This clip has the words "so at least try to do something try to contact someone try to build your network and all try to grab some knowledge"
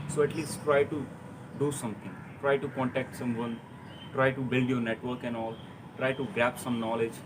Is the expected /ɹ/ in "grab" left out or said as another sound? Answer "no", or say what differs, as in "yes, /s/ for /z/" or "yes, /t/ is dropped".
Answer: yes, /ɹ/ is dropped